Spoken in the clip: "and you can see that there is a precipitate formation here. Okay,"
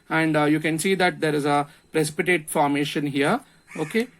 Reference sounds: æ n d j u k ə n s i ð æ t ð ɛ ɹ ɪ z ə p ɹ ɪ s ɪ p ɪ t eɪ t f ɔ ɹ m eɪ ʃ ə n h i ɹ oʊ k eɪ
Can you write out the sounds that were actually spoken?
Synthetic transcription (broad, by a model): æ n d j u k ə n s i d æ t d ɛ ɹ ɪ z ə p ɹ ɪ s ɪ p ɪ t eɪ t f ɔ ɹ m eɪ ʃ ə n h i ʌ oʊ k eɪ